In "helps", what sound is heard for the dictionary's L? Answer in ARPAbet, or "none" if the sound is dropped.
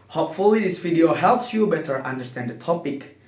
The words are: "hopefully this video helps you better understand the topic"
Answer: L